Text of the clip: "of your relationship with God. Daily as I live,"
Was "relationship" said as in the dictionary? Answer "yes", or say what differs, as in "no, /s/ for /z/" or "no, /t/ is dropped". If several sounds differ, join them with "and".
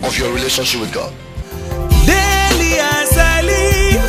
yes